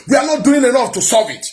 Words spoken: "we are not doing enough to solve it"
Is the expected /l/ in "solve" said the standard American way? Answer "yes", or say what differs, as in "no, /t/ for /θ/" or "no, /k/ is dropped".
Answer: no, /l/ is dropped